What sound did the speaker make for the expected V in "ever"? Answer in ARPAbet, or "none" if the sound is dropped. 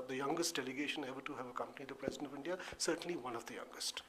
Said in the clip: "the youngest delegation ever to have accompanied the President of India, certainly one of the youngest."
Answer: B